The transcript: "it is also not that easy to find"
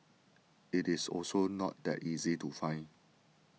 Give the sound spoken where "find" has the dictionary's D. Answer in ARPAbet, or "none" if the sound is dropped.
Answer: none